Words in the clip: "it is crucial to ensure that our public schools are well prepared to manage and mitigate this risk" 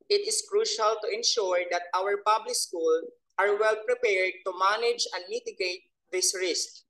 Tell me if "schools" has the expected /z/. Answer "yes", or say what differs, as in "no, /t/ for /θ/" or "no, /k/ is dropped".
no, /z/ is dropped